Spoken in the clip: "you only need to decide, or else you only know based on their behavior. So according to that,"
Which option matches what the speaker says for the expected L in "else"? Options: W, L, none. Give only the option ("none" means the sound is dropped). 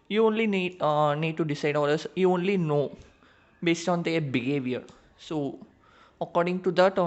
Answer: none